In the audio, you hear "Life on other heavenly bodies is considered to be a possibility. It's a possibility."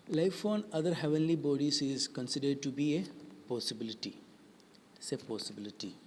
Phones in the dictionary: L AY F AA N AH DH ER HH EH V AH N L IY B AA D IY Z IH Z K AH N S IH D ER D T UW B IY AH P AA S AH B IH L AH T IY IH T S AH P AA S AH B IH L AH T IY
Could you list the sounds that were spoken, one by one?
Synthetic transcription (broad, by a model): L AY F AA N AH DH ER HH EH V AH N L IY B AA D IY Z IH Z K AH N S IH D ER D T UW B IY AH P AA S AH B IH L AH T IY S AH P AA S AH B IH L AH T IY